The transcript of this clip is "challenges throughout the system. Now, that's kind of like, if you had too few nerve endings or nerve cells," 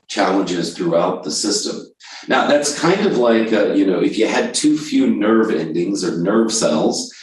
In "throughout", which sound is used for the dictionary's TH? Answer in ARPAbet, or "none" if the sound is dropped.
TH